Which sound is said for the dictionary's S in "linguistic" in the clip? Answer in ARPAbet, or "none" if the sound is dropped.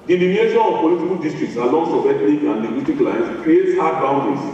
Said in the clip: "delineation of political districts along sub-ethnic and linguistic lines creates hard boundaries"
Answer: none